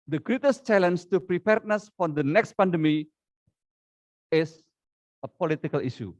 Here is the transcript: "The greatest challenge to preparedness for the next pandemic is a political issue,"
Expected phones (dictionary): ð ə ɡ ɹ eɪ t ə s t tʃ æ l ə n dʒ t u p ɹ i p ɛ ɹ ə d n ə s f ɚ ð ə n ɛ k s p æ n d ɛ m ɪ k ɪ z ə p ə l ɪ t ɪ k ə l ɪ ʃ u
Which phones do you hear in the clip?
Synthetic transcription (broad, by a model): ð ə ɡ ɹ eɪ t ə s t tʃ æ l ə n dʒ t u p ɹ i p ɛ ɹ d n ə s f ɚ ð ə n ɛ k s p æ n d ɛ m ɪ ɪ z ə p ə l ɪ t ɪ k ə l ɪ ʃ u